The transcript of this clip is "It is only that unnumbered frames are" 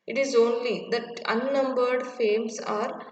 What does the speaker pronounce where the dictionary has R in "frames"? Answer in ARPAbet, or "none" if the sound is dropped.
none